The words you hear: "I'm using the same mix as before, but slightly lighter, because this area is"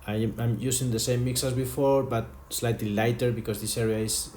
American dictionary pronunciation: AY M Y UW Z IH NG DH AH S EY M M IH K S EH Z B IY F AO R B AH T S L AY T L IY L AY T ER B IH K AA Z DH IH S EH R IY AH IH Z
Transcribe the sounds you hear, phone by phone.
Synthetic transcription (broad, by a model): AY M Y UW S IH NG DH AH S EY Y M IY K S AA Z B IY F AO R B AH T S L AY T L IY L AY T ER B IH K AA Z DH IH S EH R IY AH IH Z